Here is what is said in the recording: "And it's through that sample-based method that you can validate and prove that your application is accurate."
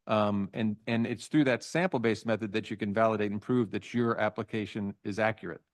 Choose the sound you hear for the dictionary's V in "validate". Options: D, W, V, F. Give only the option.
V